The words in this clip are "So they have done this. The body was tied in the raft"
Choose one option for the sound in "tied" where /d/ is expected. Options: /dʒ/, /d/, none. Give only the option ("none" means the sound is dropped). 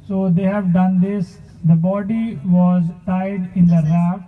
/d/